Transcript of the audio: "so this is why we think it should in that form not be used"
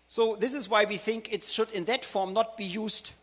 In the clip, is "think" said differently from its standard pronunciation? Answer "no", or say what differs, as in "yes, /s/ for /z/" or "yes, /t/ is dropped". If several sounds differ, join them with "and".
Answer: no